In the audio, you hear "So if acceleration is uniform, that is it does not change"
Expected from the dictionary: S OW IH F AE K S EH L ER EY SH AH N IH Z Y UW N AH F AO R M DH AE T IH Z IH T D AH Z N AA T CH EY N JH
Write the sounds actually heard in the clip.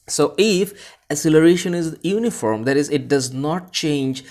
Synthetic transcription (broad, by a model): S OW IH F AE S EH L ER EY SH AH N IH Z Y UW N AH F AO R M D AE T IH Z IH T D AH Z N AA T CH EY N JH